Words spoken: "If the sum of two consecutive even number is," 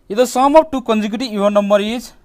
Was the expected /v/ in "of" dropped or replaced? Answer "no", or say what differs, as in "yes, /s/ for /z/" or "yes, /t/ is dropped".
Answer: yes, /p/ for /v/